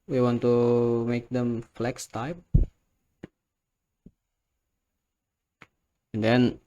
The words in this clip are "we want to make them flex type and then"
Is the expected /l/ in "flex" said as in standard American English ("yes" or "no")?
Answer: yes